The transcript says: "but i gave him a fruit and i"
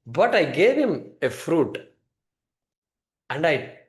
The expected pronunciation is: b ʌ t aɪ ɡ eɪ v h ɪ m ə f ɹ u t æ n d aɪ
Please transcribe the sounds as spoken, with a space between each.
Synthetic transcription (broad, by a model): b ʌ t aɪ ɡ eɪ v h ɪ m ə f ɹ u t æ n d aɪ